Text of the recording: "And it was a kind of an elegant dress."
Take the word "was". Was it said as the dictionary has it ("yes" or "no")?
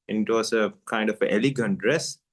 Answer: no